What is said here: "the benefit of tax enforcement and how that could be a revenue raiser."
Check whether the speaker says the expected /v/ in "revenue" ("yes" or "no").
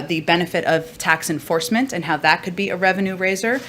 yes